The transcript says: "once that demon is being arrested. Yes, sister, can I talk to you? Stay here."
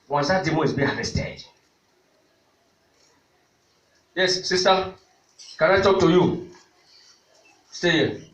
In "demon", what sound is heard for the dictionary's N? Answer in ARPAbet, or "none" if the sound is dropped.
none